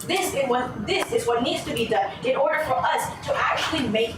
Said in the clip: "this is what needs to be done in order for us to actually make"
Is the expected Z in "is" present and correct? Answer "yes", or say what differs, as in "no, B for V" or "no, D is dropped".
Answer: yes